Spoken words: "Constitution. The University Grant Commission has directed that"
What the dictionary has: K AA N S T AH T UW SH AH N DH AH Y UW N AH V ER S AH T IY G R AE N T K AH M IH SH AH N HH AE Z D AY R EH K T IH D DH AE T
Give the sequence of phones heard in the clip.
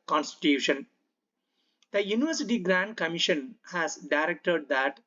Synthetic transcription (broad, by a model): K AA N S T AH T UW SH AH N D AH Y UW N AH V ER S AH T IY G R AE N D K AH M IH SH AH N HH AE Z D AY R EH K T IH D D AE T